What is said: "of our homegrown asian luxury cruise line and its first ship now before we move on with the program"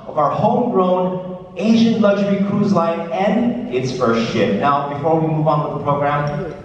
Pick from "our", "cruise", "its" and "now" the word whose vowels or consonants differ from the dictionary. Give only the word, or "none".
none